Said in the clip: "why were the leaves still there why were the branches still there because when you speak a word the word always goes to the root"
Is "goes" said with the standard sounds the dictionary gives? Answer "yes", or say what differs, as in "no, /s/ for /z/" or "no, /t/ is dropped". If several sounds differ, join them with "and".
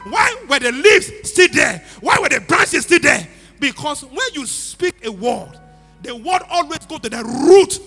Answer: no, /z/ is dropped